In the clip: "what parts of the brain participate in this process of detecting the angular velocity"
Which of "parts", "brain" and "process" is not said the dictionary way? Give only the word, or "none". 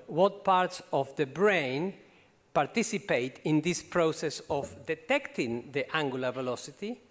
none